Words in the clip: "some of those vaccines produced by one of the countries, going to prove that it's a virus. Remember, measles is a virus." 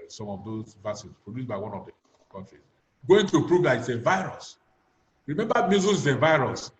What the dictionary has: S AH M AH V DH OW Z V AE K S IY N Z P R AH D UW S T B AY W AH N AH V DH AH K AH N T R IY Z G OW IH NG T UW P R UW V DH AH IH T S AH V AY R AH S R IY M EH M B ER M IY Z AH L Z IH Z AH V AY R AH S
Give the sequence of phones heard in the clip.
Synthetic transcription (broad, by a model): S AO M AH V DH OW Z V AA S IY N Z P R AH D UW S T B AY W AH N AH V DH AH K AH N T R IY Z G OW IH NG T UW P R UW V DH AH IH T S AH V AY R AH S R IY M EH M B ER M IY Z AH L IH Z AH V AY R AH S